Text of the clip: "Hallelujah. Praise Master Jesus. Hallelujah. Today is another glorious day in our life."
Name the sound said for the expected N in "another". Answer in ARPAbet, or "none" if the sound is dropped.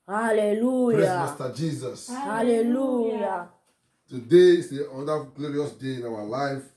none